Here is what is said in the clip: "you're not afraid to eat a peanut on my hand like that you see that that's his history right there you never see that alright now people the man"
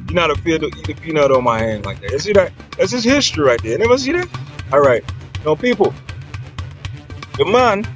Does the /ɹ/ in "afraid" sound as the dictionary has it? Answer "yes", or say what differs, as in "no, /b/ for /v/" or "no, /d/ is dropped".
no, /ɹ/ is dropped